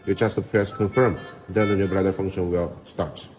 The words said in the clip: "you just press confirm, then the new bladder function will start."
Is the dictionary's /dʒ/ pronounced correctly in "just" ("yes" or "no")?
no